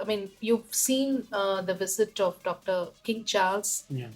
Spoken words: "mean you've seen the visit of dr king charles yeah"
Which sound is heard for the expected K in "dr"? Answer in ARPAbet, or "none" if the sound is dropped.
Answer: K